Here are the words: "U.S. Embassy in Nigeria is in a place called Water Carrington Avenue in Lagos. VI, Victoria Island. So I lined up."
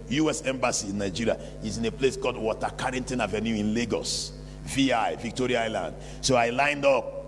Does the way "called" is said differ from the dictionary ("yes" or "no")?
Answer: yes